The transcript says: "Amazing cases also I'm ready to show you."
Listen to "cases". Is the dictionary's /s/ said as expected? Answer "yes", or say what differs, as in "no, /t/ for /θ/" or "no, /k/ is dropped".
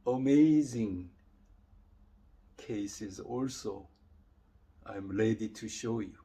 yes